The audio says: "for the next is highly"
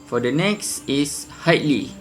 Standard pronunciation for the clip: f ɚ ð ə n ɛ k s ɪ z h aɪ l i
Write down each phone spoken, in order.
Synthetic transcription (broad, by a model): f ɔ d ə n ɛ k s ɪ s h aɪ l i